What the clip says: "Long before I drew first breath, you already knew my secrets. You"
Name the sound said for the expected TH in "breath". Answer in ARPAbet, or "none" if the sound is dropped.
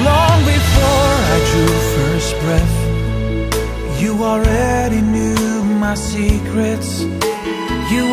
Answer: TH